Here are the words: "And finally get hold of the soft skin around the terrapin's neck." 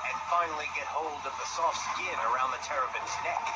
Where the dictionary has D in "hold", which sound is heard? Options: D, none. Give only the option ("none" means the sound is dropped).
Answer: D